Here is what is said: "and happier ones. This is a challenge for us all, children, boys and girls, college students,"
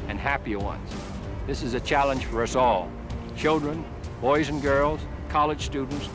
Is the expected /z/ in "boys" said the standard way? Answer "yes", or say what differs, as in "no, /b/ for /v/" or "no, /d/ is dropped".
yes